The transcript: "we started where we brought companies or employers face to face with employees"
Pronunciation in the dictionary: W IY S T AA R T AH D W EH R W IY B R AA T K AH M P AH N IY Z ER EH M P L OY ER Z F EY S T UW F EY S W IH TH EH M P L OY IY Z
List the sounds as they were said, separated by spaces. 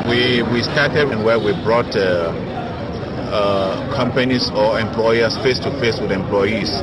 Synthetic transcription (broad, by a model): W IY S T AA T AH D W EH W W IY B R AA T K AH M P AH N IY S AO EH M P L OY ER S F EY S T UW F EY S W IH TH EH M P L OY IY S